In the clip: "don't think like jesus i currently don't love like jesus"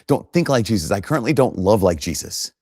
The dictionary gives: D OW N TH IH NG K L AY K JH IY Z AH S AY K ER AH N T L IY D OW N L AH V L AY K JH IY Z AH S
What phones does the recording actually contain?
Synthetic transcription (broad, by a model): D OW N TH IH NG K L AY K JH IY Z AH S AY K ER AH N T L IY D OW N L AH V L AY K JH IY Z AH S